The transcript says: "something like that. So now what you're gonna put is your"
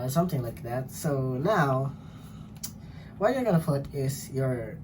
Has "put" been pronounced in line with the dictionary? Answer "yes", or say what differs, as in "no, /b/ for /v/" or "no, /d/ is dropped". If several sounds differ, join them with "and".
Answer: no, /f/ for /p/